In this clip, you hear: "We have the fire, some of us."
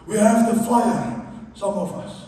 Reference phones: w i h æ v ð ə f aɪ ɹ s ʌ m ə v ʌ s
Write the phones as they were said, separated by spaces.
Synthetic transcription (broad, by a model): w i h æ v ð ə f aɪ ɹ s ʌ m ə v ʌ s